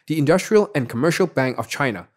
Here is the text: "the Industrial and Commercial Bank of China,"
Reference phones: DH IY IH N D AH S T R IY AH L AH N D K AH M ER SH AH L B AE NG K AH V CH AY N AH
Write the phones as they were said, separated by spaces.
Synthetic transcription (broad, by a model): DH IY IH N D AH S T R IY AH L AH N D K AH M ER SH AH L B AE NG K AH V CH AY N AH